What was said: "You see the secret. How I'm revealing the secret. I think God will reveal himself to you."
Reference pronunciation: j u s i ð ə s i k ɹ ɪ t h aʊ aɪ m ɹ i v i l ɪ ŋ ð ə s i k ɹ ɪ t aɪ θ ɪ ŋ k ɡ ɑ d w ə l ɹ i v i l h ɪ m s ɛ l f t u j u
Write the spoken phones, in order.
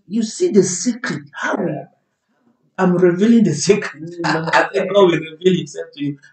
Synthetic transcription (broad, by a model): j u s i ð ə s i k ɹ ɪ t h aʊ aɪ m ɹ i v i l ɪ ŋ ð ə s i k ɹ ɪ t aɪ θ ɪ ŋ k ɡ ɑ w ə ɹ i v i l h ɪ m s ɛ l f t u j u